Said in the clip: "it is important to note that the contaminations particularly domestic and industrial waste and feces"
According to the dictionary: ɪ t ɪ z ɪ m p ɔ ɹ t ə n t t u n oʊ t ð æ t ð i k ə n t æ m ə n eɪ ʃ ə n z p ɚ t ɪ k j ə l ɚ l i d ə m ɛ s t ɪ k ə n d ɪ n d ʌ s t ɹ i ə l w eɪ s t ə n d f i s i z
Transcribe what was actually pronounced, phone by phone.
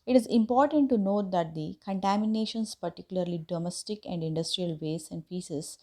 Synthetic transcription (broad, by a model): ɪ t ɪ z ɪ m p ɔ ɹ t ə n t t u n oʊ t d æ t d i k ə n t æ m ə n eɪ ʃ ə n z p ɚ t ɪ k j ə l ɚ l i d ə m ɛ s t ɪ k ə n d ɪ n d ʌ s t ɹ i ə l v eɪ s ə n d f i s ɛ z